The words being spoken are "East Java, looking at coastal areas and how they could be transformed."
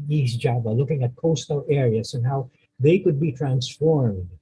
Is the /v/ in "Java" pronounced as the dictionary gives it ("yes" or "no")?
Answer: no